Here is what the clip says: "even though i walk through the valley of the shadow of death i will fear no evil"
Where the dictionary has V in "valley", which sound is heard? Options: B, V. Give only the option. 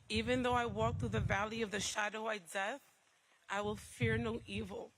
V